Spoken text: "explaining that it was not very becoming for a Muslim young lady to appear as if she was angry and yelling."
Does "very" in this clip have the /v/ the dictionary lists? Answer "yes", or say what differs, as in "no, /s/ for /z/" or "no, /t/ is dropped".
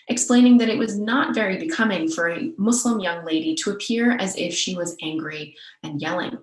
yes